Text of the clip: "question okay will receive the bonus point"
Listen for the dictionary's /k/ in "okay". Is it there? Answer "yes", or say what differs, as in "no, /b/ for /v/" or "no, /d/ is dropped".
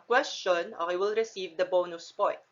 no, /k/ is dropped